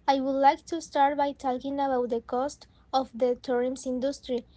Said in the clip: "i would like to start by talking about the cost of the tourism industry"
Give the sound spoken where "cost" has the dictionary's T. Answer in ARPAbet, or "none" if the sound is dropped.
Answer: T